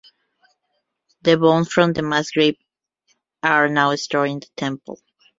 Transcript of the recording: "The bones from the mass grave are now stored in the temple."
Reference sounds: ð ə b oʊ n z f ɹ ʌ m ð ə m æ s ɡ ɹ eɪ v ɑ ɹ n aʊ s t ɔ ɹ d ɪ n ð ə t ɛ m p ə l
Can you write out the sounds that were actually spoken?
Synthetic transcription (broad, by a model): ð ə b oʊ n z f ɹ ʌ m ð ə m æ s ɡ ɹ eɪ p ɑ ɹ n aʊ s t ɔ ɹ ɪ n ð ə t ɛ m p ə l